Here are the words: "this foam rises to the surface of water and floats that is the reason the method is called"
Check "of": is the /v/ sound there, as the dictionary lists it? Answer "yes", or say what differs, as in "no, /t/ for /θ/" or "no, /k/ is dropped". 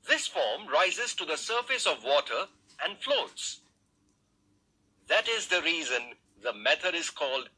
yes